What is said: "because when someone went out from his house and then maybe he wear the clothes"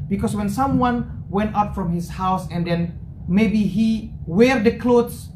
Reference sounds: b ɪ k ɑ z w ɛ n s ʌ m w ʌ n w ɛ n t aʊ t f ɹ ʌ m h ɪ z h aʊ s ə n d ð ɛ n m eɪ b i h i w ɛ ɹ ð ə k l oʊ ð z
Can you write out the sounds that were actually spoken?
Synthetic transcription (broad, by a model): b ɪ k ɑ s w ɛ n s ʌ m w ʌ n w ɛ n t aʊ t f ɹ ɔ m h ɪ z h aʊ s ə n d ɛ n m eɪ b i h i w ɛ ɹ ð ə k l oʊ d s